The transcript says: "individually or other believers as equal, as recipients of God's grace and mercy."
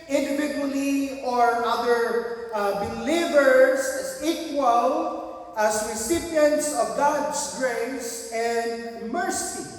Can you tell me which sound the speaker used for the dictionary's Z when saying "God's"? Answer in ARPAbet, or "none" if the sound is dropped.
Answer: S